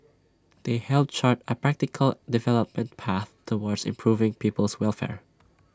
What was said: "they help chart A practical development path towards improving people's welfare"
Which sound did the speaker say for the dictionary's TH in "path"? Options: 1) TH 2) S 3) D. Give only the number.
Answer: 1